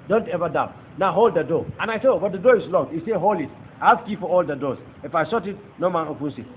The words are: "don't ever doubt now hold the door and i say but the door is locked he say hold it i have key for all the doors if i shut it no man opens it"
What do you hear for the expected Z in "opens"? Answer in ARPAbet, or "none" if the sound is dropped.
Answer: S